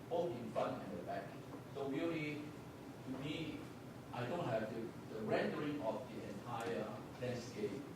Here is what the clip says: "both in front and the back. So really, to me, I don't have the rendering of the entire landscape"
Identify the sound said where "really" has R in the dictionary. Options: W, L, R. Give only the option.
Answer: W